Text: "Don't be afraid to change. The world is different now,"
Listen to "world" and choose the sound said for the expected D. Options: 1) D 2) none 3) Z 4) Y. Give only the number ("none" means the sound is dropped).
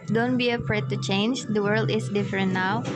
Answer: 1